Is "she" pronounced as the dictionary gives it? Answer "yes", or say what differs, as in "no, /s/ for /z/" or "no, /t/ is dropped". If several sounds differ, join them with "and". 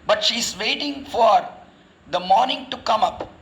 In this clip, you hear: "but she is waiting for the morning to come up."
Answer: yes